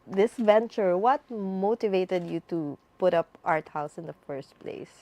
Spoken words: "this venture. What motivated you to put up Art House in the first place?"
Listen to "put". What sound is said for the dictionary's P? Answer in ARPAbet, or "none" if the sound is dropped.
P